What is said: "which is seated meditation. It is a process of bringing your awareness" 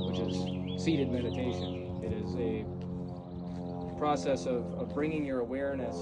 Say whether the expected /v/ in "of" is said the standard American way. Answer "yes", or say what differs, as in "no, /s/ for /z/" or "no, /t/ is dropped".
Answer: yes